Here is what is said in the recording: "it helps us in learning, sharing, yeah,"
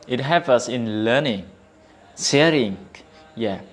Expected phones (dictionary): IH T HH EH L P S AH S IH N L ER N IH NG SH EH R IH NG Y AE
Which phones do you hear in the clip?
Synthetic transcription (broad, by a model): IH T HH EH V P AH S IH N L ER N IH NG S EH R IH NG Y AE